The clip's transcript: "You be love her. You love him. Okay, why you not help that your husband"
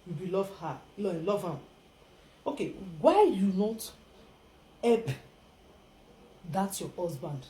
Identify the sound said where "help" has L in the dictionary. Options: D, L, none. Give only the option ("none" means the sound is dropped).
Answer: none